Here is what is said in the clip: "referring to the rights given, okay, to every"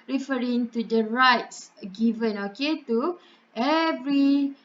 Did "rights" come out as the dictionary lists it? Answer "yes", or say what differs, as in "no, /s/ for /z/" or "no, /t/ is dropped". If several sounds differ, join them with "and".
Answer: yes